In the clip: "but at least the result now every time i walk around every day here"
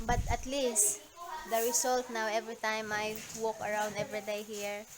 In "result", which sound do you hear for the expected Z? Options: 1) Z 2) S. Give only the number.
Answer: 2